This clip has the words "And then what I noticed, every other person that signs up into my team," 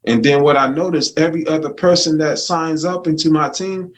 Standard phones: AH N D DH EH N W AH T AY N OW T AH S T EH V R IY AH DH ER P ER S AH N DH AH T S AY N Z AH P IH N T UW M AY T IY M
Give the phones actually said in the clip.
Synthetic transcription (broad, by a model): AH N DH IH N W AH T AY N OW T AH S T EH V R IY AH DH ER P ER S AH N DH AH T S AY N Z AH P IH N T UW M AY T IY M